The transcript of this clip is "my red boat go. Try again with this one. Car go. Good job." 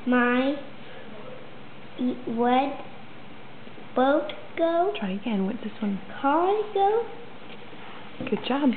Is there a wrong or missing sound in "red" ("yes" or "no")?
yes